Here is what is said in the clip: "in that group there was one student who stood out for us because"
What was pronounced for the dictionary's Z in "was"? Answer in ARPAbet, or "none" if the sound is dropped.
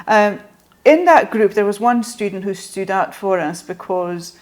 Z